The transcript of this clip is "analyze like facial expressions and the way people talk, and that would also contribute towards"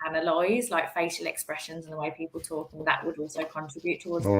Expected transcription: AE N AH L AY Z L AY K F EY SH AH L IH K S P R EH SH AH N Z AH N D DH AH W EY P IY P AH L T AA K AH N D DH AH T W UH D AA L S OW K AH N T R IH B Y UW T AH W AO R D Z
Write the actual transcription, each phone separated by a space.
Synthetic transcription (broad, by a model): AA N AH L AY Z L AY K F EY SH AH L IH K S P R EH SH AH N Z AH N DH AH W EY P IY P AH L T AA K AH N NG DH AH T W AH D AA L S OW K AH N T R IH B Y UW T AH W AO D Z